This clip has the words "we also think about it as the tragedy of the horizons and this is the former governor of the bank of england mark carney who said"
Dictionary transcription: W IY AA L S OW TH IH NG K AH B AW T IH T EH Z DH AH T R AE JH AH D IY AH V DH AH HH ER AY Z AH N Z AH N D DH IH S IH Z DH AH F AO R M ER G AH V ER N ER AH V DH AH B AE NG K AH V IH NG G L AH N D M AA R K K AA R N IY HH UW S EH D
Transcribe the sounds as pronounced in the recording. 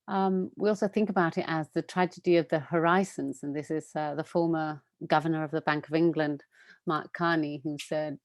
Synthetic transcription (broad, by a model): W IY AA L S OW TH IH NG K AH B AW T IH T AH Z DH AH T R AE JH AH D IY AH V DH AH HH ER AY Z AH N Z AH N DH IH S IH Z DH AH F AO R M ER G AH V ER N ER AH V DH AH B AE NG K AH V IH NG G L AH N D M AA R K K AA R N IY HH UW S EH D